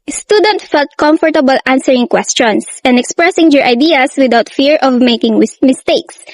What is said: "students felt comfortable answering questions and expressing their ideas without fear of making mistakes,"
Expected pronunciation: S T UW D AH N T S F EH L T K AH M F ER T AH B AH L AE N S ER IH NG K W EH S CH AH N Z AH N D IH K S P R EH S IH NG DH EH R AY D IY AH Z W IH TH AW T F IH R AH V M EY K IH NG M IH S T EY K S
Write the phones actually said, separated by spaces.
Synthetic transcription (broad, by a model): S T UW D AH N T F EH L T K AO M F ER T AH B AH L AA N S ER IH NG K W EH S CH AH N S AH N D IH K S P R EH S IH NG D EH R AY D IY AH S W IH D AW T F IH R AH V M EY K IH NG M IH S T EY K S